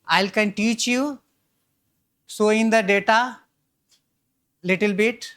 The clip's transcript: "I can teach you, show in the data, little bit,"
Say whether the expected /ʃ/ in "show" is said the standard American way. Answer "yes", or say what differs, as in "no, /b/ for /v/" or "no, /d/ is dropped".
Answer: no, /s/ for /ʃ/